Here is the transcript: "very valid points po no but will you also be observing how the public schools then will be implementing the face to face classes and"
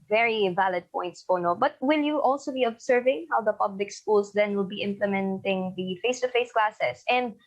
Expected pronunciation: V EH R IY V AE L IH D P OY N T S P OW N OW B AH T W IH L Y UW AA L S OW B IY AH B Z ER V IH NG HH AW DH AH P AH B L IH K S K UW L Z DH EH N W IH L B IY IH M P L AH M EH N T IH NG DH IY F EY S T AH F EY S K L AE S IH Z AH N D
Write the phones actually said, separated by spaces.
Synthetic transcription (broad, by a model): V EH R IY V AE L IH D P OY N T S P OW N OW B AH T W IH L Y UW AA L S OW B IY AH B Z ER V IH NG HH AW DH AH P AH B L IH K S K UW L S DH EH N W IH L B IY IH M P L AH M EH N T IH NG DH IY F EY S T AH F EY S K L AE S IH S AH N D